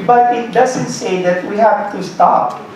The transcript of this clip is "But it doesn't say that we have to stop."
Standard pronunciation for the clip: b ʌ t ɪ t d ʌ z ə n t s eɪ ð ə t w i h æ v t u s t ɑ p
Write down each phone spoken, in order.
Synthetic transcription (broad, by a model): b ʌ t ɪ t d ʌ z ə n t s eɪ ð ə t w i h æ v t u s t ɑ p